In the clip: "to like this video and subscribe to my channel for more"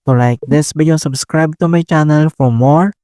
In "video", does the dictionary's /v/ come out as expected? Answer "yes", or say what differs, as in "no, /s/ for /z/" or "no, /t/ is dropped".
no, /b/ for /v/